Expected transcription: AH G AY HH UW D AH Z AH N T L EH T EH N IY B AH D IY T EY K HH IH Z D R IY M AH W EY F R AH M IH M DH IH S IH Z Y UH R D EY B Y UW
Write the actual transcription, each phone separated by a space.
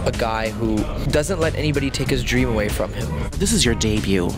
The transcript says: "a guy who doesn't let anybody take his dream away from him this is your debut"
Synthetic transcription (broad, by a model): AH G AY HH UW D AH Z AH N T L EH T EH N IY B AH D IY T EY K HH IH Z D R IY M AH W EY F R AH M IH M DH IH S IH Z Y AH R D EY B Y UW